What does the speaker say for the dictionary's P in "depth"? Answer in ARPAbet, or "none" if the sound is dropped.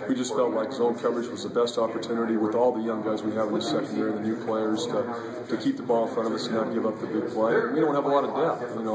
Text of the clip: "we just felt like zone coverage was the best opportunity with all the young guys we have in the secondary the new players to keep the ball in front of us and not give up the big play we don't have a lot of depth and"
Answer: none